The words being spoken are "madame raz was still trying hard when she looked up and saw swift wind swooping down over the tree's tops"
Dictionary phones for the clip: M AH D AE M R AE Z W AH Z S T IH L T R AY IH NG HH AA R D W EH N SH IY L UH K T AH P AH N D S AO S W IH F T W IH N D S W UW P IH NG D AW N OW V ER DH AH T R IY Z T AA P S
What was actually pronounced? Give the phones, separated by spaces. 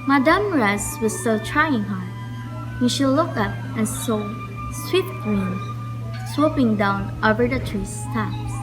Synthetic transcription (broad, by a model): M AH D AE M R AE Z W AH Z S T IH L T R AY IH NG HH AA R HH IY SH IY L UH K AH P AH N S AO S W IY T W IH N S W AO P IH NG D AW N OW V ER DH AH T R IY S T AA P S